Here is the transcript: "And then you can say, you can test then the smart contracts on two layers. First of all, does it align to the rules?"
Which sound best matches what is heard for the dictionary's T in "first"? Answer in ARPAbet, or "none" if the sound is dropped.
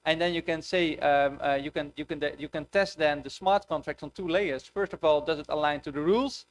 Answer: T